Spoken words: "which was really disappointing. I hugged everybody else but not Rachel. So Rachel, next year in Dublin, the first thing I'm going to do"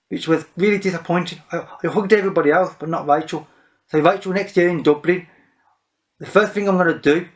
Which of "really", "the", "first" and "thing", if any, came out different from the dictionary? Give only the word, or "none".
none